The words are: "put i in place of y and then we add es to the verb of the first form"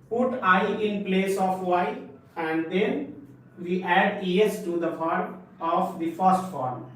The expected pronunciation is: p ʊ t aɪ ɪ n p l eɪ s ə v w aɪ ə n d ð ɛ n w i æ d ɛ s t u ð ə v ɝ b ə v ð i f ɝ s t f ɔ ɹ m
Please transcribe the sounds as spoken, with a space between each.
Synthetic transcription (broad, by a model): p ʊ t aɪ ɪ n p l eɪ s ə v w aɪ ə n d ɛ n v i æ d ɛ s t u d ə p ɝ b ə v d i f ɝ s t f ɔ ɹ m